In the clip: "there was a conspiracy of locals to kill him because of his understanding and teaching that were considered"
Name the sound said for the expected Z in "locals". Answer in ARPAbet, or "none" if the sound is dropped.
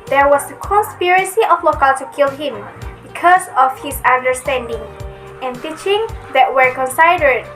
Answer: none